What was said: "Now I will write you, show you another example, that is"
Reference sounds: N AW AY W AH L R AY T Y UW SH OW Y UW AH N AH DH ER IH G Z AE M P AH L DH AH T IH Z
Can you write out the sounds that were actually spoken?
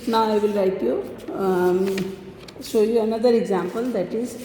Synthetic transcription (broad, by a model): N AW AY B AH L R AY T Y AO S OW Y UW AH N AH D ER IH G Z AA M P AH L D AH T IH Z